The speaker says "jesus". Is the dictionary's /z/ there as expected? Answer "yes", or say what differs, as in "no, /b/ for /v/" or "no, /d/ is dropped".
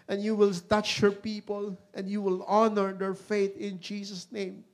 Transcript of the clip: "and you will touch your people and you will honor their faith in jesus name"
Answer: no, /s/ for /z/